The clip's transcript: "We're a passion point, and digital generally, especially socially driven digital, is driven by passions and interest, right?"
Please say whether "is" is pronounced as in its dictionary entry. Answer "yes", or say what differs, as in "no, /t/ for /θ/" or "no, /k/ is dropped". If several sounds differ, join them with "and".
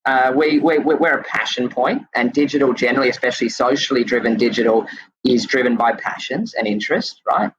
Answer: yes